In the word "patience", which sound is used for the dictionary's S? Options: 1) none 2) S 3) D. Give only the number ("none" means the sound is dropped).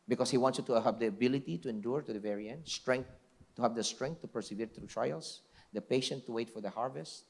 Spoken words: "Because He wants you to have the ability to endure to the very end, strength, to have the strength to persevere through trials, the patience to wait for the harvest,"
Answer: 1